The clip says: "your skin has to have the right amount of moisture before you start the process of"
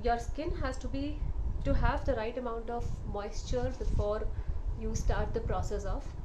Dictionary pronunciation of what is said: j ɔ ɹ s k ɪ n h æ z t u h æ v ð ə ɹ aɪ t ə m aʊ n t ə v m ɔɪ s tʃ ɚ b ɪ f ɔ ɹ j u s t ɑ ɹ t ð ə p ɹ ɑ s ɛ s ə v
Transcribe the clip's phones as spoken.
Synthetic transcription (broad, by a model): j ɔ ɹ s k ɪ n h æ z t u h æ v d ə ɹ aɪ t ə m aʊ n t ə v m ɔɪ s tʃ ɚ b ɪ f ɔ ɹ j u s t ɑ ɹ t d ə p ɹ ɑ s ɛ s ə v